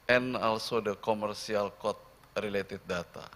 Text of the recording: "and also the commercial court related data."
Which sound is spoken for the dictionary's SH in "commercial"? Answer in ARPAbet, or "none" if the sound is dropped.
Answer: S